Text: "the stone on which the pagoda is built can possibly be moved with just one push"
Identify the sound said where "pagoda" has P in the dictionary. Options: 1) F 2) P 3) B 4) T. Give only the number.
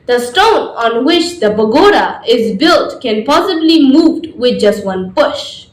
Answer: 3